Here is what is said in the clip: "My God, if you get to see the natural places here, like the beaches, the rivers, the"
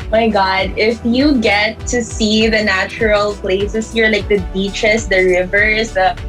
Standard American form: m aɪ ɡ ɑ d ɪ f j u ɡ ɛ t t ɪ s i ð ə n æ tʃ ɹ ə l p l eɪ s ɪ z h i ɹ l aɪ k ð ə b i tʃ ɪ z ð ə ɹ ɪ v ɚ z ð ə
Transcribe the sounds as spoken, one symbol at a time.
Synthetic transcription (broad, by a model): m aɪ ɡ ɑ d ɪ f j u ɡ ɛ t t ɪ s i ð ə n æ tʃ ɹ ə l p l eɪ s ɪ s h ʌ ɹ l aɪ k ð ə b i tʃ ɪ s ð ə ɹ ɪ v ɚ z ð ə